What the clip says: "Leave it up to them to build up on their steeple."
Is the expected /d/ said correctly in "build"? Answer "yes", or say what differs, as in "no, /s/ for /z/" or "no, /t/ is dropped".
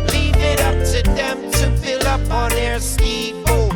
no, /d/ is dropped